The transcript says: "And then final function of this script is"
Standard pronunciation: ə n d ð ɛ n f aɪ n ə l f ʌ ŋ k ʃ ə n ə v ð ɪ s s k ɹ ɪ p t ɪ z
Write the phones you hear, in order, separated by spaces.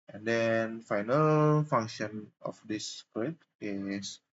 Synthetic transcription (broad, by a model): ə n d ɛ n f aɪ n ə l f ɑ ŋ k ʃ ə n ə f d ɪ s s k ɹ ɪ t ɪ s